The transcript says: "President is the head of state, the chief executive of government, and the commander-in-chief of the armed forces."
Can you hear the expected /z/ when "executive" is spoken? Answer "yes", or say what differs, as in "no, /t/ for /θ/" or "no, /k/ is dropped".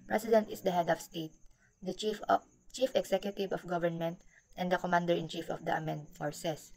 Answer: no, /s/ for /z/